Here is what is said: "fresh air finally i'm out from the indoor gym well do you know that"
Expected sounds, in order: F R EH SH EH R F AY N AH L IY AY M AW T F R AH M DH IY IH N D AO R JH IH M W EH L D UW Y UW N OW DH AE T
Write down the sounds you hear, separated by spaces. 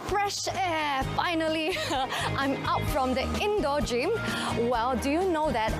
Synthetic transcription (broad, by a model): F R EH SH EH F AY N AH L IY AY M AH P F R AH M DH IY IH N D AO JH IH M W EH L D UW Y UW N OW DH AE T